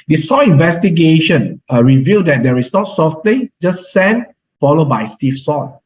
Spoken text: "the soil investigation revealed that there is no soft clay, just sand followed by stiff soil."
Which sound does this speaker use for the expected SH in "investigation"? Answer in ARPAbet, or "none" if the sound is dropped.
SH